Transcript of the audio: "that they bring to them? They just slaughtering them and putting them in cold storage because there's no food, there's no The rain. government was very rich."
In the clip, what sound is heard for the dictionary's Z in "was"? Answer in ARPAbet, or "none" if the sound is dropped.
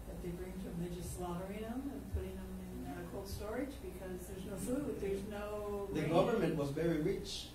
Z